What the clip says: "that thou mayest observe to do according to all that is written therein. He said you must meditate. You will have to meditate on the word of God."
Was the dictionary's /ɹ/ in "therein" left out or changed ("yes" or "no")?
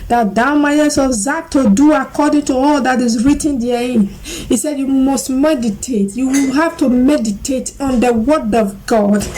yes